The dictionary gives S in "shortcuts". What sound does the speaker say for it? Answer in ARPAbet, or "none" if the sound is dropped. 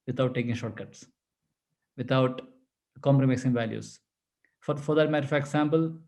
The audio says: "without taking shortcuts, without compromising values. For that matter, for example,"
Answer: S